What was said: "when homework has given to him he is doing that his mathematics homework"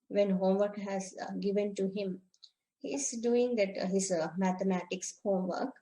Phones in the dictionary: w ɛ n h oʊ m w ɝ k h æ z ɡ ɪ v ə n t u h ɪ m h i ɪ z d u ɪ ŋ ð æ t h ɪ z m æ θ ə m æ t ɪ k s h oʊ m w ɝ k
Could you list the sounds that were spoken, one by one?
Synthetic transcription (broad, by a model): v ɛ n h oʊ m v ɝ k h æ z ɡ ɪ v ə n t u h ɪ m h i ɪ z d u ɪ ŋ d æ t h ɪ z m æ t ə m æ t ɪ k s h oʊ m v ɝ k